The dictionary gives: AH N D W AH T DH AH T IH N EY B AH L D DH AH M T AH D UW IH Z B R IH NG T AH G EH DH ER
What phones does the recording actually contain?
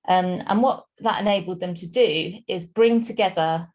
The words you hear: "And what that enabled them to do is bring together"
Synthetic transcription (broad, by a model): AH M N W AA T DH AH T IH N EY B AH L D DH AH M T AH D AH IH Z B R IH NG T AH G EH DH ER